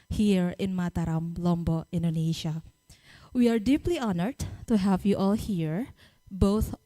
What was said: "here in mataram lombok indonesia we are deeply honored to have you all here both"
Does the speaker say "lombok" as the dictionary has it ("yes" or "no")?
no